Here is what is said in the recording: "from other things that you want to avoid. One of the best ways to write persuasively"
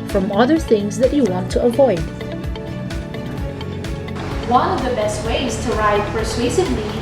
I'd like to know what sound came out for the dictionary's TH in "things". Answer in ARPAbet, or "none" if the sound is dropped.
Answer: TH